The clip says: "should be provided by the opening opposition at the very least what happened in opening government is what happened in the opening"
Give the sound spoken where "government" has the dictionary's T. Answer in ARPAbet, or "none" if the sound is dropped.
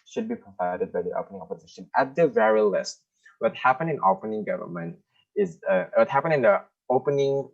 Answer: T